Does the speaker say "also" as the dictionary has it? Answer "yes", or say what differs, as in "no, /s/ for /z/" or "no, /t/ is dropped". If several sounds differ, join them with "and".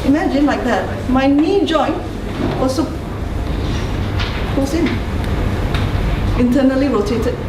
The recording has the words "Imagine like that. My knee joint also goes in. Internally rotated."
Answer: no, /l/ is dropped